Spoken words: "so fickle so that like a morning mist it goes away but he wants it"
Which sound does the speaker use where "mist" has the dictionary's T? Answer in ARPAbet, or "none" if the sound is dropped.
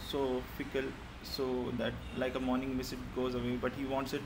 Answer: none